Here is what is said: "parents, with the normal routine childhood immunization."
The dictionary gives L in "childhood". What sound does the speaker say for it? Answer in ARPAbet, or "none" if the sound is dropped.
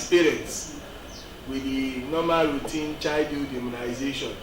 none